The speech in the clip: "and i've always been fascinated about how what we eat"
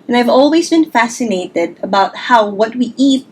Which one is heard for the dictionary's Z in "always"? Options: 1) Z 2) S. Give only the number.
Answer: 1